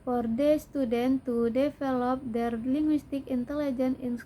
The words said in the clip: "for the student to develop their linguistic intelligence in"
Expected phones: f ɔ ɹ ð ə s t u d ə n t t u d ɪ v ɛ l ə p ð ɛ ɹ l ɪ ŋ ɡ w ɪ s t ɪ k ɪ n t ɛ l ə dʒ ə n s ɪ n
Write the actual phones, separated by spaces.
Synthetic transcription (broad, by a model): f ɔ ɹ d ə s t u d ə n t t u d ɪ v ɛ l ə p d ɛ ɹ l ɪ ŋ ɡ w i s t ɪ k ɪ n t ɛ l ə dʒ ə n ɪ n